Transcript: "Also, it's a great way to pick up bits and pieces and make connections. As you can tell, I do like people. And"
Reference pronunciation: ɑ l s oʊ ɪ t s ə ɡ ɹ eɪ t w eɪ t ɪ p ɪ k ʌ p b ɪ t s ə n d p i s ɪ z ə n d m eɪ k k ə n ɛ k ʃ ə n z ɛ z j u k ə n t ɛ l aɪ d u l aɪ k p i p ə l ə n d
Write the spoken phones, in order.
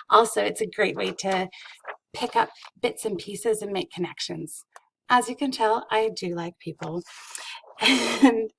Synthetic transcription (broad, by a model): ɑ l s oʊ ɪ t s ə ɡ ɹ eɪ t w eɪ t ɪ p ɪ k ʌ p b ɪ t s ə n p i s ɪ z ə n m eɪ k k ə n ɛ k ʃ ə n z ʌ z j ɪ k ə n t ɛ l aɪ d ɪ l aɪ k p i p l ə n